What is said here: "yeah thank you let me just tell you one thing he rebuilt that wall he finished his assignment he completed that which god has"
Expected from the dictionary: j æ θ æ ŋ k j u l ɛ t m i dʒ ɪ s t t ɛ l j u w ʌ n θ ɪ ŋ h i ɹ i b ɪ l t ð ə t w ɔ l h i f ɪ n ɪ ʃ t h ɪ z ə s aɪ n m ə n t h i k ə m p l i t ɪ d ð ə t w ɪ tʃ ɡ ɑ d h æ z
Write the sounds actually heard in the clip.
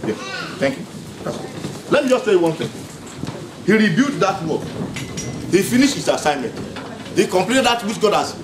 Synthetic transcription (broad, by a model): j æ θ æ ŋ k j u l ɛ t m i dʒ ɪ s t s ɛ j w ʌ n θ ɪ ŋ h i ɹ i b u t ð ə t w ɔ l h i f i n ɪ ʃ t h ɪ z ə s aɪ n m ə n t h i k ə m p l i t ɪ d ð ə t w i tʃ ɡ ɑ d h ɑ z